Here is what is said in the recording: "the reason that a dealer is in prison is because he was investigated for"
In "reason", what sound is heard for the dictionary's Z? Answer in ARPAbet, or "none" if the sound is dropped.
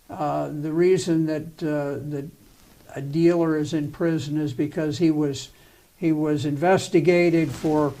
Z